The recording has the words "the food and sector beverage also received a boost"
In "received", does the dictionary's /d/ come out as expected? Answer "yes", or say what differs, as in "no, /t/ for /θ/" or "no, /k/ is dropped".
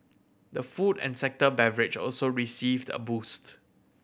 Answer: yes